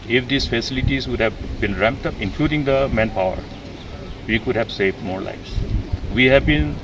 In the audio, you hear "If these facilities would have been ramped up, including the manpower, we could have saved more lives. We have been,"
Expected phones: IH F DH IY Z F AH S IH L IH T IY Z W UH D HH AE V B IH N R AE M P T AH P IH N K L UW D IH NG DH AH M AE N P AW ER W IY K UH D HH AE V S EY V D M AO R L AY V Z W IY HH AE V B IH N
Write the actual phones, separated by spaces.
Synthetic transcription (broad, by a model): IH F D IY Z F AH S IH L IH T IY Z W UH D HH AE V B IH N R AE M P T AH P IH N K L UW D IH NG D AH M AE N P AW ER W IY K UH D HH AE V S EY V D M AO R L AY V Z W IY HH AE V B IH N